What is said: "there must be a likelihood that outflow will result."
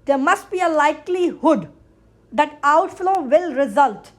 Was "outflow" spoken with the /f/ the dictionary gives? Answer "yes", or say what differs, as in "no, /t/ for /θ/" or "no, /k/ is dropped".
yes